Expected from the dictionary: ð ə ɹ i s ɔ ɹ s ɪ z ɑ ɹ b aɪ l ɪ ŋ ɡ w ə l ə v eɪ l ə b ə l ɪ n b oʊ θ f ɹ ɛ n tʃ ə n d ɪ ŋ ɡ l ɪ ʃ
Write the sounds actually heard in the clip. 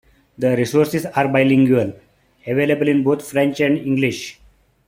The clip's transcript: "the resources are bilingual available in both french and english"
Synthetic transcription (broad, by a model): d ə ɹ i s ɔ ɹ s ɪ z ɑ ɹ b aɪ l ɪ ŋ ɡ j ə l ə v eɪ l ə b ə l ɪ n b oʊ t f ɹ ɛ n tʃ ə n d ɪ ŋ ɡ l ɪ ʃ